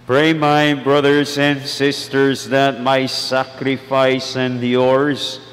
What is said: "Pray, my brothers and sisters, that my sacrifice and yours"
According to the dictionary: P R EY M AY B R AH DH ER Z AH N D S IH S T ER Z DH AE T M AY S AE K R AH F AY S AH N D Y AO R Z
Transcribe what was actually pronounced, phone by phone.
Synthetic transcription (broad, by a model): P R EY M AY B R AH DH ER Z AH N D S IH S T ER Z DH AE T M AY S AE K R AH F AY S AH N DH Y AO R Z